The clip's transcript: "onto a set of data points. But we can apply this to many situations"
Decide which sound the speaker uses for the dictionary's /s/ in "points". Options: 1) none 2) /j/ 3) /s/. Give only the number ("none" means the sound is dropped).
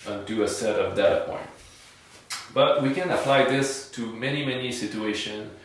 1